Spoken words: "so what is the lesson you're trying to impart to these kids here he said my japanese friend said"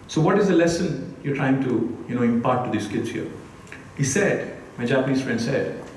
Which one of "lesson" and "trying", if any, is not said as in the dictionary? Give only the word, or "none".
none